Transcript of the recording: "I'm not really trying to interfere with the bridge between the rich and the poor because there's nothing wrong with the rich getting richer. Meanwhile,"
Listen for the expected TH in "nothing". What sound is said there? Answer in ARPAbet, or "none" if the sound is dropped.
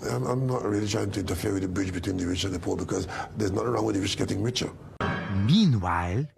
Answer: T